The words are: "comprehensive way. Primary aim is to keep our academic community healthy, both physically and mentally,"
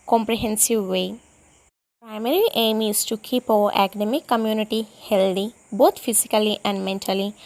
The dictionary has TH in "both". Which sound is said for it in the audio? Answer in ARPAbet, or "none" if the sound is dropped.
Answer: T